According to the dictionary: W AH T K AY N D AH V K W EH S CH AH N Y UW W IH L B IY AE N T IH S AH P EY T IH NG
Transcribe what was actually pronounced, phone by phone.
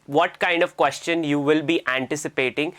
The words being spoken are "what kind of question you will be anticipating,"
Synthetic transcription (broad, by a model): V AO T K AY N D AH V K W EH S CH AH N Y UW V IH L B IY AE N T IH S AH P EY T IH NG